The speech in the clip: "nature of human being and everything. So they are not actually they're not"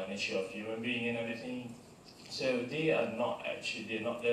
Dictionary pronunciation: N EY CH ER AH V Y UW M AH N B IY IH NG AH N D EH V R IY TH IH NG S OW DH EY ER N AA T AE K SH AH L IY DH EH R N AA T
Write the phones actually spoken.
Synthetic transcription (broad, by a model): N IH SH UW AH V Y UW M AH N B IY IH NG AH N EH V IY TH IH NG S OW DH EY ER N AA T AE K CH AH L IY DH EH N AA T